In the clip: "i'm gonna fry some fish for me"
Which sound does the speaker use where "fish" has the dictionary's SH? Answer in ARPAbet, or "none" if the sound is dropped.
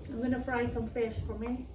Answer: SH